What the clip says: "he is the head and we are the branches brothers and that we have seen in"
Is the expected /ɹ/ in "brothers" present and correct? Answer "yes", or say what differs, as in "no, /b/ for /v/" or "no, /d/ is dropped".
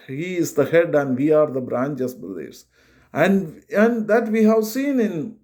no, /l/ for /ɹ/